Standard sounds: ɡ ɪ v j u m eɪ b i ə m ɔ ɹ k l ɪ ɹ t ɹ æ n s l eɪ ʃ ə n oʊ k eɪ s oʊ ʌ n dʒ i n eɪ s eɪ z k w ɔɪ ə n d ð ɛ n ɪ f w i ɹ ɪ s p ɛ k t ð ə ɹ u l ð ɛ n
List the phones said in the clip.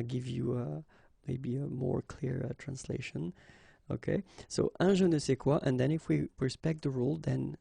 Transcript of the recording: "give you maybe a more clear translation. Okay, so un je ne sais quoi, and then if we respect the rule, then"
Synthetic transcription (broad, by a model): ɡ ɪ v j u m eɪ b i ə m ɔ ɹ k l ɪ ɹ t ɹ æ n s l eɪ ʃ ə n oʊ k eɪ s oʊ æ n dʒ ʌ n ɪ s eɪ k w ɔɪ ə n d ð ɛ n ɪ f w i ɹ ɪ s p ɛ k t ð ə ɹ u l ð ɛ n